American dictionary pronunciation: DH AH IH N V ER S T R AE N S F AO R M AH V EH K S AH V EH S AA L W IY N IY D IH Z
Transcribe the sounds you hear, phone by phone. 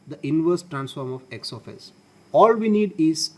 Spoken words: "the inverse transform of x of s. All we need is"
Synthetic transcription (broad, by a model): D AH IH N V ER S T R AE N S F AO R M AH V EH K S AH F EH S AA L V IY N IY D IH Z